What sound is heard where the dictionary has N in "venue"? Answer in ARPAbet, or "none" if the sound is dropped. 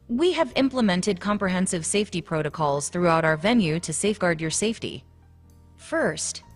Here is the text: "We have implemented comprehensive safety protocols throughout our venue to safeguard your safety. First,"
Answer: N